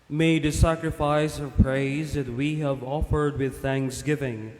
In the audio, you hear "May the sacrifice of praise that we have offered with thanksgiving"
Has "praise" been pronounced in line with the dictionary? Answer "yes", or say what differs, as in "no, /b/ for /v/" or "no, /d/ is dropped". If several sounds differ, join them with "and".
yes